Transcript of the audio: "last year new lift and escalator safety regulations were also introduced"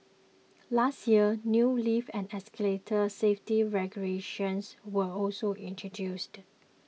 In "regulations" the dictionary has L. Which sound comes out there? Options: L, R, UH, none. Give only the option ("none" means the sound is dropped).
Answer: none